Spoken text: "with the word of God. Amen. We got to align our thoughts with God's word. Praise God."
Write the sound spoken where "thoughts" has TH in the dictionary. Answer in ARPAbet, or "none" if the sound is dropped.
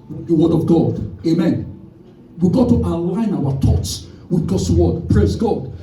T